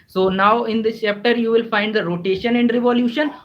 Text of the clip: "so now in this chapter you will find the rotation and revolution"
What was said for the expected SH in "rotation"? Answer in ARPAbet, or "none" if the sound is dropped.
SH